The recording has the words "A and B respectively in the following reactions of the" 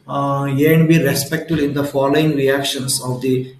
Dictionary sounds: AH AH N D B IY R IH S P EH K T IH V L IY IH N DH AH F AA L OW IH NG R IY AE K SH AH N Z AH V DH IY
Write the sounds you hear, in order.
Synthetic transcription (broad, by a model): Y AH N D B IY R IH S P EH K T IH L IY IH N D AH F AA L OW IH NG R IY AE K SH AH N S AH V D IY